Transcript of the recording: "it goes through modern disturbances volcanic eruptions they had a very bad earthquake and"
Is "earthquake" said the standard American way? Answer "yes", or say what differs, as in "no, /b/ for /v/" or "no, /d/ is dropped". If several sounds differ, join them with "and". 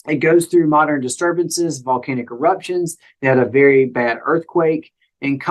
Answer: yes